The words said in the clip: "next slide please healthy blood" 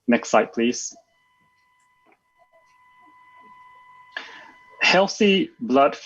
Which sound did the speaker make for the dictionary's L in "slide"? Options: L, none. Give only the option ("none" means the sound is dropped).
none